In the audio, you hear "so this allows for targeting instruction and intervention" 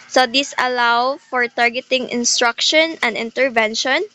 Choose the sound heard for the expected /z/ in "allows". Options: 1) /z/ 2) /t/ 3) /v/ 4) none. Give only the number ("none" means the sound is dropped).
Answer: 4